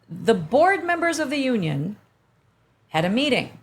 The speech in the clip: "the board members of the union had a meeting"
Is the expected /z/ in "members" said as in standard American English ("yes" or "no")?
yes